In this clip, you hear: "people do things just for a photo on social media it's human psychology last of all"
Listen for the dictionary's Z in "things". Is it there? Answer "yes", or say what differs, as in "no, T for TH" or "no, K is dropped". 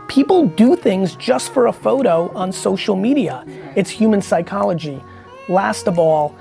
yes